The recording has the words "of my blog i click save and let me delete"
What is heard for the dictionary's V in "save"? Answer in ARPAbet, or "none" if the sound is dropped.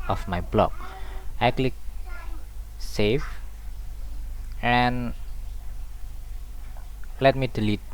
F